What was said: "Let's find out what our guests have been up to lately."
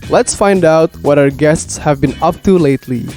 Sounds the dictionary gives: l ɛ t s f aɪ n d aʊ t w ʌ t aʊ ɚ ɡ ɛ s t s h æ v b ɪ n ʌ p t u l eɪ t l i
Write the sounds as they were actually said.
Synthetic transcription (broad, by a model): l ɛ t s f aɪ n d aʊ t w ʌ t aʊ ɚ ɡ ɛ s t s h æ v b ɪ n ʌ p t u l eɪ t l i